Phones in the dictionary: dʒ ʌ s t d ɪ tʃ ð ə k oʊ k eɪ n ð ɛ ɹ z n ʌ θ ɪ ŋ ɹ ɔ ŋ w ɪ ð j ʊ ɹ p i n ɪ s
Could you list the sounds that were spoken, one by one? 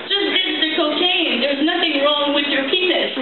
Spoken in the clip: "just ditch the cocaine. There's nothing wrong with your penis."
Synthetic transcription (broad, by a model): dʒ ʌ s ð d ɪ s ð ə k oʊ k eɪ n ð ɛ ɹ z n ʌ θ ɪ ŋ ɹ ɔ ŋ w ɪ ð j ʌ ɹ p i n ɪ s